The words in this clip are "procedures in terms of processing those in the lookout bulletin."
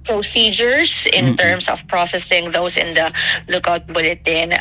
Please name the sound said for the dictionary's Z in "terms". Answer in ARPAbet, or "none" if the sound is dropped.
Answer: S